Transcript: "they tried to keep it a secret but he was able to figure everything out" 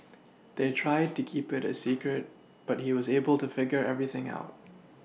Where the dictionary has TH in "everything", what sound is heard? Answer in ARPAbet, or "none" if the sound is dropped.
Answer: TH